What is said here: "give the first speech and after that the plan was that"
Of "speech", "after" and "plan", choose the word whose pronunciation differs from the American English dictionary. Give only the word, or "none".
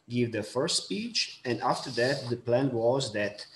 none